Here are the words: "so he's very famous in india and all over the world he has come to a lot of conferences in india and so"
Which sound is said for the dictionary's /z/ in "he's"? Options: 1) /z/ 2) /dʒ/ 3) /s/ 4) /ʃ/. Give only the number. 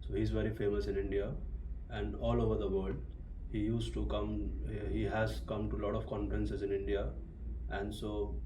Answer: 1